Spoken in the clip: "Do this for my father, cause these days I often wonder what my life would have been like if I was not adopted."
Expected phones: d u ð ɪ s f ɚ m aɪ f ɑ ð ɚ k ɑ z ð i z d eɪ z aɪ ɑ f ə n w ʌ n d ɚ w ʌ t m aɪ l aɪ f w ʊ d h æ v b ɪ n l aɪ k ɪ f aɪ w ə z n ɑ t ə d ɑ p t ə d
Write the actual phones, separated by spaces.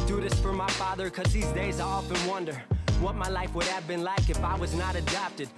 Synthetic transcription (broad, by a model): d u ð ɪ s f ɚ m aɪ f ɑ ð ɚ k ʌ z ð i z d eɪ z aɪ ɑ f ə n w ʌ n d ɚ w ʌ t m aɪ l aɪ f w ʊ d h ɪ v b ɪ n l aɪ k ɪ f aɪ w ə z n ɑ t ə d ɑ p t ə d